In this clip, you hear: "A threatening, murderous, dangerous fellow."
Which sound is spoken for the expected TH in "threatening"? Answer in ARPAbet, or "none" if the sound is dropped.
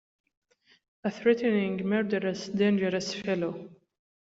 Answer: TH